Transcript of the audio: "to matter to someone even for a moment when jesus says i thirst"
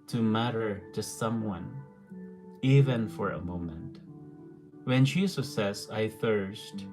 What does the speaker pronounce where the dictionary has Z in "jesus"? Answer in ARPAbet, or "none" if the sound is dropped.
S